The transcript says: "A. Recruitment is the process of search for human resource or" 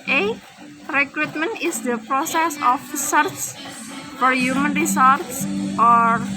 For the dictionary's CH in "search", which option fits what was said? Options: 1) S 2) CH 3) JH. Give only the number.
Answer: 1